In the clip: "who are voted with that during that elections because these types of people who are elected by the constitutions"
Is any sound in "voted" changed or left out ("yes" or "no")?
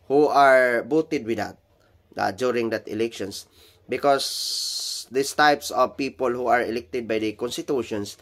yes